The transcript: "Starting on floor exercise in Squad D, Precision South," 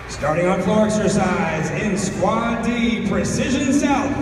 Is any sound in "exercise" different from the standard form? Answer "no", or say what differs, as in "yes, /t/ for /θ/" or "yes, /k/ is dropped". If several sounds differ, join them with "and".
no